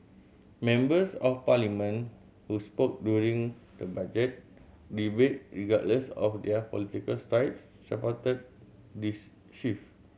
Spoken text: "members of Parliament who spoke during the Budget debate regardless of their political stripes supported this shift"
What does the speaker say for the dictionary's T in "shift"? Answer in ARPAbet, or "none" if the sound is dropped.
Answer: none